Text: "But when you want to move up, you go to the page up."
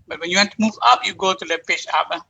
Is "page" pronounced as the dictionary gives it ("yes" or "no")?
no